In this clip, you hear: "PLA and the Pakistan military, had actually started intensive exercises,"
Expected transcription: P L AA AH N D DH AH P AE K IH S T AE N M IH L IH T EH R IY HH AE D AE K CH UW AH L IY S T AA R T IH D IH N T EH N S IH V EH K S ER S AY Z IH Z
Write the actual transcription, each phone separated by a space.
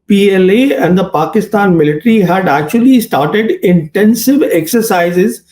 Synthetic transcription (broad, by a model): P L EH AH N D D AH P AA K IH S T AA N M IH L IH T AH R IY HH AE D AE K CH UW AH L IY S T AA R T IH D IH N T EH N S IH V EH K S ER S AY Z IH Z